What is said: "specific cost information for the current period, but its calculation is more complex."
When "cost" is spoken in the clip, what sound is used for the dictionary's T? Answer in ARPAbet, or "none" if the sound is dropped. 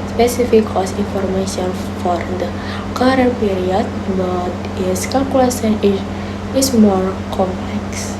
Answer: none